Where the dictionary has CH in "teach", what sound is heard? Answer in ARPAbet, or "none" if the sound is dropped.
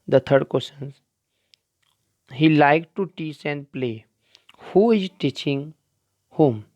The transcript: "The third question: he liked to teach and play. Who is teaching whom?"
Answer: S